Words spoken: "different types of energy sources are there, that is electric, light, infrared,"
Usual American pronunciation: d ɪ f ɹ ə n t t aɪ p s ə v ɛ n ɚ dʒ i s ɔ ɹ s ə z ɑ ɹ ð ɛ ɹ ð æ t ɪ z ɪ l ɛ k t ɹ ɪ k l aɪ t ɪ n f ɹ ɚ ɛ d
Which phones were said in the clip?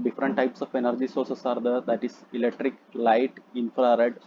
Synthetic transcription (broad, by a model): d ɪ f ɹ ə n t t aɪ p s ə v ɛ n ɚ dʒ i s ɔ ɹ s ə s ɑ ɹ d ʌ ɹ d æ t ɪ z ɪ l ɛ k t ɹ ɪ k l aɪ t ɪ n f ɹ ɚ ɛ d